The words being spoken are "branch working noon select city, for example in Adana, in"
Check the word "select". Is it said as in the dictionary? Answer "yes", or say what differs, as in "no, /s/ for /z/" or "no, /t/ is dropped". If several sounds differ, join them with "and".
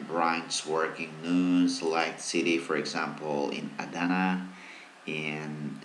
no, /l/ is dropped